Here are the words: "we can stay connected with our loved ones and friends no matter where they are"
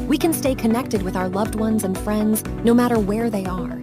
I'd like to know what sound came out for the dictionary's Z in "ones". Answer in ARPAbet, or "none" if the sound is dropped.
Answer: Z